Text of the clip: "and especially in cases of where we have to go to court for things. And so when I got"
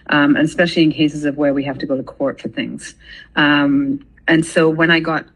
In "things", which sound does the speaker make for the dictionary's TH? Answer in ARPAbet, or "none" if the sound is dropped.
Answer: TH